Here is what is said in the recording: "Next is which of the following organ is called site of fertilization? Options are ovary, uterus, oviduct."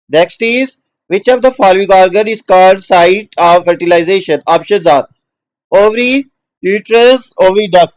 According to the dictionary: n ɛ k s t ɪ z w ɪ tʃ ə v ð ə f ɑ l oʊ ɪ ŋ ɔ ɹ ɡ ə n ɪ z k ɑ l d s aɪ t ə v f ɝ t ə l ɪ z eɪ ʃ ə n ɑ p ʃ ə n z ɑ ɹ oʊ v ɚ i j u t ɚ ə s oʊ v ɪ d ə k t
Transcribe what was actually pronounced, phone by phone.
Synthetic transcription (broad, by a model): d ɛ k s t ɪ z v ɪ tʃ ə v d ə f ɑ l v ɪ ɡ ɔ ɹ ɡ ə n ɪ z k ɑ l d s aɪ t ə v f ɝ t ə l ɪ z eɪ ʃ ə n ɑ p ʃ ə z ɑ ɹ oʊ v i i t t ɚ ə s oʊ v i d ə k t